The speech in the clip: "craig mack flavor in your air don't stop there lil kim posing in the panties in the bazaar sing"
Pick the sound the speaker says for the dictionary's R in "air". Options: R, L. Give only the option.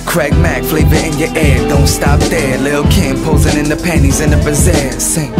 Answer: R